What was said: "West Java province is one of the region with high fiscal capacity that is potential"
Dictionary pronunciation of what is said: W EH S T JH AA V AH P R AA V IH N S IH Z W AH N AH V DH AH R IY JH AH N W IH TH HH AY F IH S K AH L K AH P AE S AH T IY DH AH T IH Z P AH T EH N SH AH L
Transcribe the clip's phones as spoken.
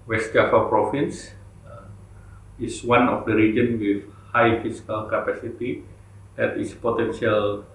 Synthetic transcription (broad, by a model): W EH S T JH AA F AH P R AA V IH N S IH S W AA N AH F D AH R IY JH AH N W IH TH HH AY F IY S K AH L K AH P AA S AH T IY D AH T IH S P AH T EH N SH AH L